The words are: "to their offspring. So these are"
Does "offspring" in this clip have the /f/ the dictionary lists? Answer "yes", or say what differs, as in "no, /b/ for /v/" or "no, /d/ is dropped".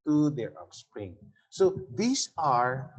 no, /p/ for /f/